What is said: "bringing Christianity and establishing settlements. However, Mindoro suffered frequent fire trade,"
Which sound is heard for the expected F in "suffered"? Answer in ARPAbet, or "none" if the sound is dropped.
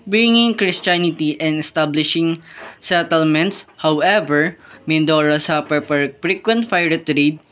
P